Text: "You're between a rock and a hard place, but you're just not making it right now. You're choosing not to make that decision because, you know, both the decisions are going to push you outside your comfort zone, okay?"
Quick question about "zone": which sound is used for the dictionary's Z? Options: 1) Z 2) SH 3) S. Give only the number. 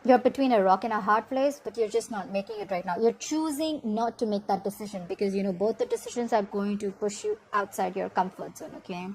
3